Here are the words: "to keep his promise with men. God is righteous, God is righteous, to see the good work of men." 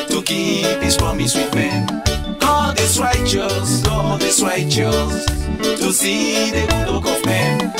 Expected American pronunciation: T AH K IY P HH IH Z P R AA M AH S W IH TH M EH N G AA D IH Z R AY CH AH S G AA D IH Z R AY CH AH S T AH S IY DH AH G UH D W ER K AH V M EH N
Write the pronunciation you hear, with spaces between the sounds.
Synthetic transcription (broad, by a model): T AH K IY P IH S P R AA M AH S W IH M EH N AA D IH S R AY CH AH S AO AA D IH S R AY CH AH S T AH S IY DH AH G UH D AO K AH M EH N